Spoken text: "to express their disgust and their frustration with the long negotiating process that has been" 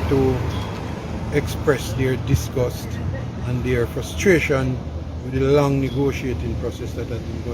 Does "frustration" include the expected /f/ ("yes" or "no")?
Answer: yes